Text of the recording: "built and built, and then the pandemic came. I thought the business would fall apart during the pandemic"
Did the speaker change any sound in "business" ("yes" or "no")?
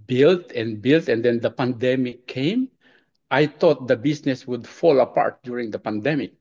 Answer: yes